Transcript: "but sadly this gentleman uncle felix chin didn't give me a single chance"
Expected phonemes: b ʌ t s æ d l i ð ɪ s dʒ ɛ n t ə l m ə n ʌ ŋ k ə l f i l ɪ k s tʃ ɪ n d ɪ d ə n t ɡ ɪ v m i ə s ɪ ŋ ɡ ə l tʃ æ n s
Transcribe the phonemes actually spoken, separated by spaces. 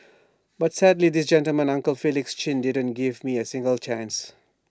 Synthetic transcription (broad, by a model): b ʌ t s æ d l i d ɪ s dʒ ɛ n t ə l m ə n ʌ ŋ k ə l f i l ɪ k s tʃ ɪ n d ɪ d ə n t ɡ ɪ v m i ə s ɪ ŋ ɡ ə l tʃ æ n s